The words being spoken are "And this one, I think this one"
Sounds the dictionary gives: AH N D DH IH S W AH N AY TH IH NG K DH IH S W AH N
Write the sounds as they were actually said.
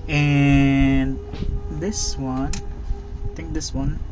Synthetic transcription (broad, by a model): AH N D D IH S W AH N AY T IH NG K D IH S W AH N